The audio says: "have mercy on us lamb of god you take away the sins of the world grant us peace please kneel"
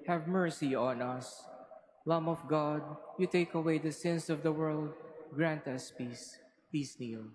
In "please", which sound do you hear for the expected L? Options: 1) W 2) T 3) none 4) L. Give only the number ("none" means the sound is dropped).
3